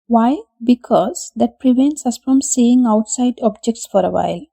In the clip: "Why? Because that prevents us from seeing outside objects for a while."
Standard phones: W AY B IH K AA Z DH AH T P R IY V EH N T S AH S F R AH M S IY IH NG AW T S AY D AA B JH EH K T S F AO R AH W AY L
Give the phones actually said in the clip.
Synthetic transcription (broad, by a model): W AY B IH K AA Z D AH T P R IY V EH N T S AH S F R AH M S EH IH NG AW T S AY D AA B JH EH K T S F AO R AH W AY L